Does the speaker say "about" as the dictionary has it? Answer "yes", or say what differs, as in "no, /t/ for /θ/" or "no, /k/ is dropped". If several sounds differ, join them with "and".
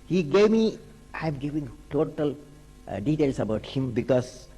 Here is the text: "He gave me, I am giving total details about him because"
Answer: yes